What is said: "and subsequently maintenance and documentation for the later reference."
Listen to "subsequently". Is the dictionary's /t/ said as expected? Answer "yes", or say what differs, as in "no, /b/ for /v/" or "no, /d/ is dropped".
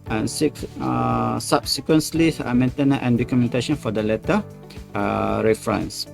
no, /s/ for /t/